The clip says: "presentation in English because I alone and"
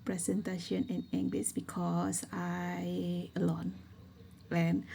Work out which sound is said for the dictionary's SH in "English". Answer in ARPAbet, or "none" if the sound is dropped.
S